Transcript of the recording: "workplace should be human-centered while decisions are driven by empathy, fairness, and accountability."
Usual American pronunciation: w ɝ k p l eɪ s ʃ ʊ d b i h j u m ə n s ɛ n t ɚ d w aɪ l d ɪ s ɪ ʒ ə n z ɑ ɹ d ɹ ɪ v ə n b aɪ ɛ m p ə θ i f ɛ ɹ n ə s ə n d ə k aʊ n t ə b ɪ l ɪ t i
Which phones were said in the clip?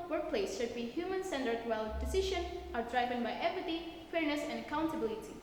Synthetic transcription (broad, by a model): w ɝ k p l eɪ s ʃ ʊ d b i h j u m ə n s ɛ n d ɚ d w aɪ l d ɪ s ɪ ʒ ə n ɑ ɹ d ɹ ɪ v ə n b aɪ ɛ p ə t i f ɛ ɹ n ə s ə n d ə k aʊ n t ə b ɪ l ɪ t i